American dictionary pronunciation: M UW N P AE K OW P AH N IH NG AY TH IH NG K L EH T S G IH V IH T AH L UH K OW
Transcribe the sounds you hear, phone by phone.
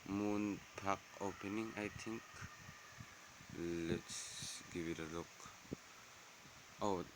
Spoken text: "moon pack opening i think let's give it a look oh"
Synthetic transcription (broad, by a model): M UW N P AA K OW P AH N IH NG AY T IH NG K L EH T S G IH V IH T AH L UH K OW